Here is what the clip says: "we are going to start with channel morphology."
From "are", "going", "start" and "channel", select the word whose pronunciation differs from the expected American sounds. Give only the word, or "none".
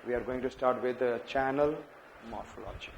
none